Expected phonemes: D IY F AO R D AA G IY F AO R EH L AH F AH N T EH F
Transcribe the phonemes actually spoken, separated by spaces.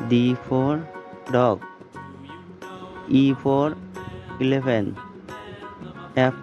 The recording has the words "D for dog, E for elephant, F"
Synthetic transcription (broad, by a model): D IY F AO R D AA G IY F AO R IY L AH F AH N EH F